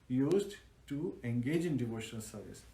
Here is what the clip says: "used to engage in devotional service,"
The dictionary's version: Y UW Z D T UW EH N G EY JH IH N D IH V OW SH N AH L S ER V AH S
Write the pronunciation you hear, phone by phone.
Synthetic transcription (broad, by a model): Y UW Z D T UW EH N G EY JH IH N D IH V OW SH N AH L S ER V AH S